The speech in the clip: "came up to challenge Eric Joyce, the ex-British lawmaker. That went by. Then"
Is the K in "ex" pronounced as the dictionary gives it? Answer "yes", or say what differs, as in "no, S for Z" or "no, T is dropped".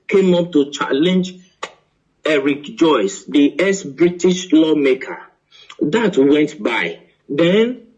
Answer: no, K is dropped